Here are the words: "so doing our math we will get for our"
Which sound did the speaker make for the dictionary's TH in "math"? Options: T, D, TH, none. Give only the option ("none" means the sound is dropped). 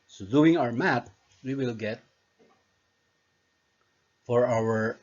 T